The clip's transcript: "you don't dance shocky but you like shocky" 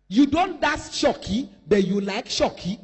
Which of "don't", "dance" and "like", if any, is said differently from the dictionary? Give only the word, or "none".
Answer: dance